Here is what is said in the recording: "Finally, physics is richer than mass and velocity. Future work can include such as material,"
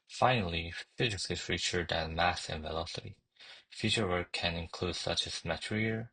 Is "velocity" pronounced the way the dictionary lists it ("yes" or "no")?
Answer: yes